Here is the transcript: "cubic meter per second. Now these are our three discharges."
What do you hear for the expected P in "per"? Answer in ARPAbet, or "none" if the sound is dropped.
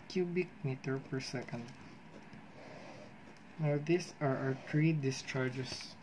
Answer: P